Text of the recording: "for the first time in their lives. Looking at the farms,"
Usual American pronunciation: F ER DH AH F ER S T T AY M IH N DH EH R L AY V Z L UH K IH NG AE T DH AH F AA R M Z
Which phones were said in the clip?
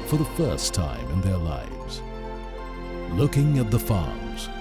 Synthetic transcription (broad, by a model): F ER DH AH F ER S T T AY M IH N DH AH R L AY V Z L UH K IH NG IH T DH AH F AA R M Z